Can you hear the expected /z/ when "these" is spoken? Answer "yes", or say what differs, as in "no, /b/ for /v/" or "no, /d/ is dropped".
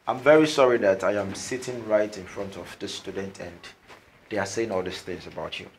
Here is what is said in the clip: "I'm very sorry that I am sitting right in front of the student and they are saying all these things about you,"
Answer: no, /s/ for /z/